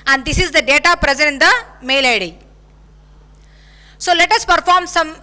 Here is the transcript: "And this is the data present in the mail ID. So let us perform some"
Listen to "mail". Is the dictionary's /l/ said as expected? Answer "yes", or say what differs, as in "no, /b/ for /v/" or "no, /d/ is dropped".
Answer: yes